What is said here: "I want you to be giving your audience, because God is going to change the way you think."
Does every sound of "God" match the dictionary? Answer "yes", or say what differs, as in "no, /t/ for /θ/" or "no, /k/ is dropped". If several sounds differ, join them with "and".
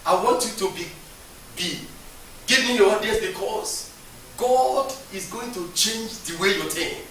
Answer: yes